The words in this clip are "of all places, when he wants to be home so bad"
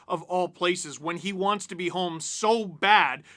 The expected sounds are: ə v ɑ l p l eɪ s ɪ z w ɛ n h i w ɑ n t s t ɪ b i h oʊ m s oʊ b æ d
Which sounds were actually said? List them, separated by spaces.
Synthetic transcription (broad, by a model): ə v ɑ l p l eɪ s ɪ z w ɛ n i w ɑ n t s t ɪ b i h oʊ m s oʊ b æ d